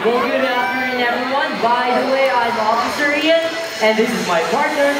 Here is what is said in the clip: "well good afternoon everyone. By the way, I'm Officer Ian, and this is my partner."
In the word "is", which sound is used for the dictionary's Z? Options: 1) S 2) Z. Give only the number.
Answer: 2